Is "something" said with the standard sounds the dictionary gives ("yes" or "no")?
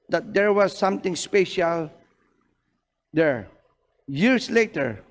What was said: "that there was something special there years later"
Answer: no